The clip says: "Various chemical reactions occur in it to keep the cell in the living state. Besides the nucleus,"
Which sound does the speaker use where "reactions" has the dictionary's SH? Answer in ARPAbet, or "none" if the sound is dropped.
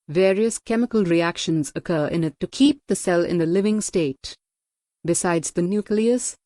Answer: SH